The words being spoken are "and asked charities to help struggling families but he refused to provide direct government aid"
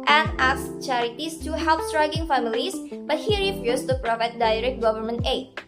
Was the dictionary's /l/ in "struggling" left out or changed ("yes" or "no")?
yes